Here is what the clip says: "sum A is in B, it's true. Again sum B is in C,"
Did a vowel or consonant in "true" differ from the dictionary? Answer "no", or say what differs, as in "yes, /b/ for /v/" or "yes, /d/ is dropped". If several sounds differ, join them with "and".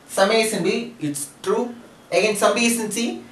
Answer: no